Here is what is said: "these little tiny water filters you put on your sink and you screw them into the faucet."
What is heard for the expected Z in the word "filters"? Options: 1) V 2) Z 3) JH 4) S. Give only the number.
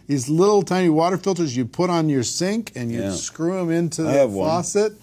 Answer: 2